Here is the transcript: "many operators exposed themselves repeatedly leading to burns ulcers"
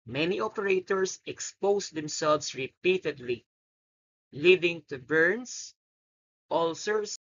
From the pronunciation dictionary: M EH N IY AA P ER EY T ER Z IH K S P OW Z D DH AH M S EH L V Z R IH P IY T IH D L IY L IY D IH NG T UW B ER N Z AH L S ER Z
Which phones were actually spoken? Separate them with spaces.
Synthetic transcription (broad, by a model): M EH N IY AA P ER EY T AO S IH K S P OW S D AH M S EH L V S R IH P IY T IH D L IY L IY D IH NG T UW B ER N S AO L S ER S